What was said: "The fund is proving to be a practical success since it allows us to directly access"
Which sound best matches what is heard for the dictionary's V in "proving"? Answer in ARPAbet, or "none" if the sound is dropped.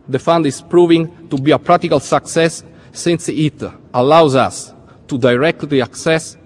V